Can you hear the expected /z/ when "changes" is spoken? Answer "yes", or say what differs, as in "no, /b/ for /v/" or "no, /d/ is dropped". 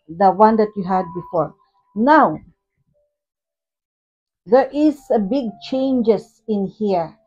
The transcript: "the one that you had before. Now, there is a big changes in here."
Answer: no, /s/ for /z/